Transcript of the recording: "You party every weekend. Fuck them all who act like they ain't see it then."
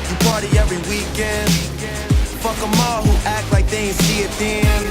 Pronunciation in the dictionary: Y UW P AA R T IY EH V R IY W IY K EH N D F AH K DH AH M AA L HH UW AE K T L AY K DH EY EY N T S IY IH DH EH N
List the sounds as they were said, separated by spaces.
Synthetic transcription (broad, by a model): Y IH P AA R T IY EH V R IY W IY K EH N D F AH K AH M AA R HH UW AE K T L AY K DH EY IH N S IY IH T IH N